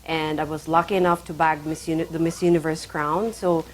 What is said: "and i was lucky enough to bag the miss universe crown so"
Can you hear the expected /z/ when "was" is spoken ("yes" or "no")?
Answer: yes